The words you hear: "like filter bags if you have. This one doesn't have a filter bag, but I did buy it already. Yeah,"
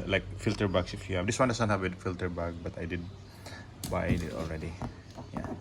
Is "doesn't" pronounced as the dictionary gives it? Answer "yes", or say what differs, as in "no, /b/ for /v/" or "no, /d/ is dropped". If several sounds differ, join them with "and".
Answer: no, /s/ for /z/